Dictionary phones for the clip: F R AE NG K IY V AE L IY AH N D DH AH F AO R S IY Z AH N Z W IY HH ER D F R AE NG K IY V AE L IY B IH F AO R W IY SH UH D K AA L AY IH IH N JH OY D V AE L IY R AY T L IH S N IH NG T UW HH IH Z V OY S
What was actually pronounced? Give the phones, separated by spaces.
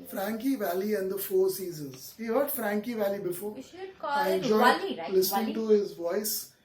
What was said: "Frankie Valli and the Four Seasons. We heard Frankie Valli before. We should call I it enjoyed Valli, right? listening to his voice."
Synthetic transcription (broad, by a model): F R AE NG K IY V AE L IY AH N D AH F AO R S IY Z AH N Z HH IY HH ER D F R AE NG K IY V AE L IY B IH F AO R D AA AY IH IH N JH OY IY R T L IH S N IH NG T UW HH IH Z V OY S